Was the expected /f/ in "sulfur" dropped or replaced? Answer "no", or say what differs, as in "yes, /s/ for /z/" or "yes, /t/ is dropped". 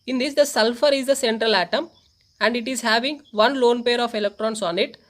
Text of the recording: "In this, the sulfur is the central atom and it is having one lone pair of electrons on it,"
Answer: no